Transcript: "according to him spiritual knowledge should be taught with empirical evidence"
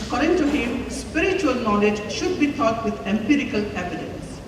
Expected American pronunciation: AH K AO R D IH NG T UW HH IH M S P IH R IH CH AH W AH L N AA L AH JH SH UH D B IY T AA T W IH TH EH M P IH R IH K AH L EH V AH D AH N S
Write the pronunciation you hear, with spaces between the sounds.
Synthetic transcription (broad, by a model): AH K AO R D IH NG T UW HH IH M S P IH R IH CH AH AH L N AA L AH JH SH UH D B IY T AA T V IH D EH M P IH R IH K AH L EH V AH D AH N S